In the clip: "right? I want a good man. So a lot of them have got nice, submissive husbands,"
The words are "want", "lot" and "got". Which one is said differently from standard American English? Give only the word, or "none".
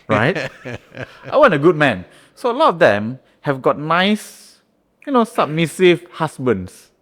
want